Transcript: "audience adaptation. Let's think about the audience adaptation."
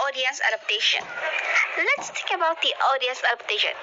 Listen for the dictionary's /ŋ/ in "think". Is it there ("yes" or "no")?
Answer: no